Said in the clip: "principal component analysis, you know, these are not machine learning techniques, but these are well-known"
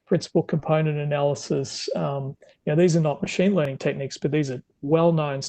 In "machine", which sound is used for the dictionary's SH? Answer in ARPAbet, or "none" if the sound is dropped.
SH